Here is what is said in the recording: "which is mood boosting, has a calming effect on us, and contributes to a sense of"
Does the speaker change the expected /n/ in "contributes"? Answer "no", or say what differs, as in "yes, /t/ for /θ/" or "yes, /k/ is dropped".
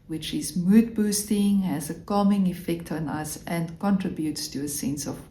no